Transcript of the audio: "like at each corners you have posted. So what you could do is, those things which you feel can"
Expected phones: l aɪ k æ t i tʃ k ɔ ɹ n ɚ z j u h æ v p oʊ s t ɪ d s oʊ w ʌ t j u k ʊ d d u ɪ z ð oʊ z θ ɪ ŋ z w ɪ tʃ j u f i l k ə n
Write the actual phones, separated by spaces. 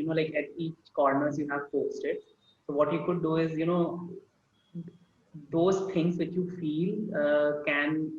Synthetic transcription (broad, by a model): l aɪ k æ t i tʃ k ɔ ɹ n ɚ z j u h æ v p oʊ s t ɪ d s oʊ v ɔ t j u k ʊ d d u ɪ z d oʊ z t ɪ ŋ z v ɪ tʃ j u f i l k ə n